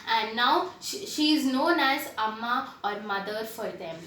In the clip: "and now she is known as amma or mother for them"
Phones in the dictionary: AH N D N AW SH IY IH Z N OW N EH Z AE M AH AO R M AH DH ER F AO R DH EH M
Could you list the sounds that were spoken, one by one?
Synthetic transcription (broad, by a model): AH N D N AW SH IY IH Z N OW N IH S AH M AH AO R M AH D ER F AO R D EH M